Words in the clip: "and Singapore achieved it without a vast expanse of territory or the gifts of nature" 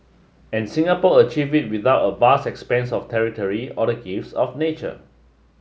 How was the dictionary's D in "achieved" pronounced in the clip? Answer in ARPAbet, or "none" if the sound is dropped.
none